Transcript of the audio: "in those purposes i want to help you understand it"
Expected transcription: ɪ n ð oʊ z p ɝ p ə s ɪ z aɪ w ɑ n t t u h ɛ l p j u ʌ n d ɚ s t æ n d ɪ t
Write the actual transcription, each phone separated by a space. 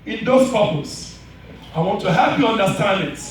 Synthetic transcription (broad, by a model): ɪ n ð oʊ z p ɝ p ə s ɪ ɪ w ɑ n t t u h ɛ l p j u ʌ n d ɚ s t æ n d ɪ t